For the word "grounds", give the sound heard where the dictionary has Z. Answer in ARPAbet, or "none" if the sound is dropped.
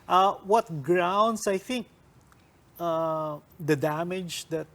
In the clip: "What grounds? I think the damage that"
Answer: S